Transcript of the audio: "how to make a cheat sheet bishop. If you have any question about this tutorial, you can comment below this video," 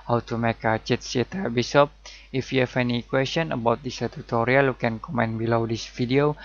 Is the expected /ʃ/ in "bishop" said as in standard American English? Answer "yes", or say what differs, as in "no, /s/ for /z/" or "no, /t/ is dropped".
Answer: no, /s/ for /ʃ/